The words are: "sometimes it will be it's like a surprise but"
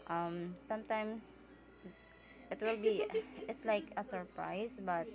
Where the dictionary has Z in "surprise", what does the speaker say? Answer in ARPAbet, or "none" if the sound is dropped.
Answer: S